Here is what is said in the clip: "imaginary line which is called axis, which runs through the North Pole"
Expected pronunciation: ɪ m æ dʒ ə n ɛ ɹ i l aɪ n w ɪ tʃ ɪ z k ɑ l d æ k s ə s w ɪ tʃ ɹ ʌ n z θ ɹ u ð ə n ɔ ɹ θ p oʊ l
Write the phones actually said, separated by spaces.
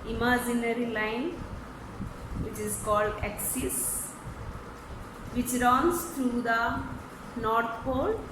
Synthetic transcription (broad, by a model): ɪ m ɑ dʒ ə n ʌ ɹ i l aɪ n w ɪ tʃ ɪ z k ɑ l d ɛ k s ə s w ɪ tʃ ɹ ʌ n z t ɹ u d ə n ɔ ɹ t p oʊ l